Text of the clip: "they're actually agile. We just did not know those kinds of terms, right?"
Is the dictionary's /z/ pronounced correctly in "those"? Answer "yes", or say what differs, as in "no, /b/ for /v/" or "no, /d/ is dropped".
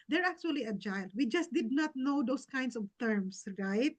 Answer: no, /s/ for /z/